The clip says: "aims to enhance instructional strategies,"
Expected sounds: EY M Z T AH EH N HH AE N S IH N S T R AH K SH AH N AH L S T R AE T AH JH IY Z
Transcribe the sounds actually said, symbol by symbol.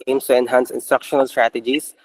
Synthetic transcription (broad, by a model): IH M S T AH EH N HH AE N S IH N S T R AH K SH AH N AH L S T R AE T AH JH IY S